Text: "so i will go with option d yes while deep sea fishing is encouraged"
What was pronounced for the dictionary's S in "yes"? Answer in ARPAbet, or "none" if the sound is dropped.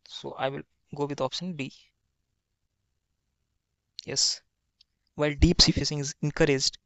S